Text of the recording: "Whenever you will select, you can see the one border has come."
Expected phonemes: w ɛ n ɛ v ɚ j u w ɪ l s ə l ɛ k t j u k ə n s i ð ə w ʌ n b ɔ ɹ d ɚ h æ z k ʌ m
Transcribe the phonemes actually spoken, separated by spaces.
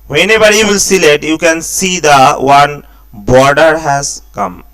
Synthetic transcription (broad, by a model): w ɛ n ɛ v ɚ j u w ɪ l s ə l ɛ t j u k ə n s i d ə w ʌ n b ɔ ɹ d ɚ h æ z k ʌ m